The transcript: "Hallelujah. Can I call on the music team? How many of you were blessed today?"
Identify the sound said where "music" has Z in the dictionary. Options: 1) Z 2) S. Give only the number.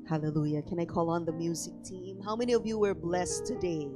1